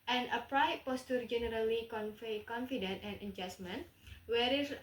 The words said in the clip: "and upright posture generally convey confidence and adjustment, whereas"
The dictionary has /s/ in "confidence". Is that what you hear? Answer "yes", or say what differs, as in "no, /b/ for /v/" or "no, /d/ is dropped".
no, /s/ is dropped